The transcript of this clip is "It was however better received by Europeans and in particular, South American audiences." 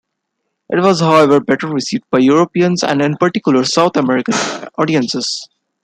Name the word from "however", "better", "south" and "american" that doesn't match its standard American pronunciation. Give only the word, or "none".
south